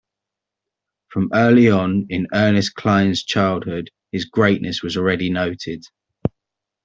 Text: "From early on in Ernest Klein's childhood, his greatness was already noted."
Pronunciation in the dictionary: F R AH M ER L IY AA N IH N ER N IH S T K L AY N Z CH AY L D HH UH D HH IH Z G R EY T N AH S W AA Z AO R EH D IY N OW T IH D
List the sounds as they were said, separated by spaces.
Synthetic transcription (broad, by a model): F R AH M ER L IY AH N IH N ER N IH S K L AY N Z CH AY L D HH UH D HH IH Z G R EY T N AH S W AA Z AO R EH D IY N OW T IH D